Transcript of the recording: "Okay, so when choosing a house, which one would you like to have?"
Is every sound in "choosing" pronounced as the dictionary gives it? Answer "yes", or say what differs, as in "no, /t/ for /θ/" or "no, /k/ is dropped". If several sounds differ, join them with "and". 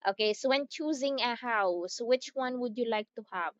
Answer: yes